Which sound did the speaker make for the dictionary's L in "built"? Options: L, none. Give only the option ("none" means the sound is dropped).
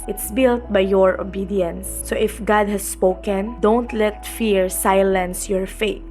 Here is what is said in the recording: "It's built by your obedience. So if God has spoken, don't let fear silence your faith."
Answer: L